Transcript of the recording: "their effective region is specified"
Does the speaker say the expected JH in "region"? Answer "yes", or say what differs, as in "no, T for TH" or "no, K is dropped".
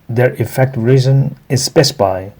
no, Z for JH